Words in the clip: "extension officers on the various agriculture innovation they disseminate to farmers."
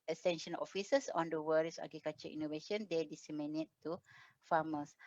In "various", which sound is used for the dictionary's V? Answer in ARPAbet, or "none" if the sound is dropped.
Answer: W